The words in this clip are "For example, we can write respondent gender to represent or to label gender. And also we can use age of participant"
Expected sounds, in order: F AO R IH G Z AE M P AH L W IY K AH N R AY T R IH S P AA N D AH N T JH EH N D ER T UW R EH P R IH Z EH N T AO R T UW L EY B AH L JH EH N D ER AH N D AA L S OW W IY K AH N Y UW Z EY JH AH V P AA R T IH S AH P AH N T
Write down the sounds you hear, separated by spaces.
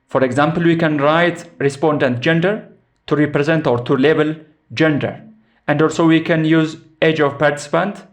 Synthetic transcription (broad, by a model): F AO R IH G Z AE M P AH L W IY K AH N R AY T R IH S P AA N D AH N T JH EH N D ER T UW R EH P R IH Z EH N T AO R T UW L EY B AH L JH EH N D ER AH N D AA L S OW W IY K AH N Y UW Z EY JH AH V P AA R T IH S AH P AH N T